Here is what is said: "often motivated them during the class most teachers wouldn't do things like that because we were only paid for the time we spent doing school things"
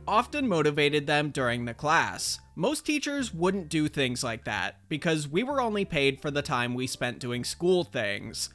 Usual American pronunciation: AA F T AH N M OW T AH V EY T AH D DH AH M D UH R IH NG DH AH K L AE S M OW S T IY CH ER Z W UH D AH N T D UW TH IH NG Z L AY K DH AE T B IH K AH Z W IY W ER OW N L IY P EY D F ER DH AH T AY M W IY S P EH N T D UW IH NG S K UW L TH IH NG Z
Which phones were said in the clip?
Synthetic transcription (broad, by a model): AA F T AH N M OW T AH V EY T AH D DH AH M D UH R IH NG DH AH K L AE S M OW S T IY CH ER Z W UH D N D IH TH IH NG Z L AY K DH AE T B IH K AH Z W IY W ER OW N L IY P EY D F ER DH AH T AY M W IY S P EH N D UW IH NG S K UW L TH IH NG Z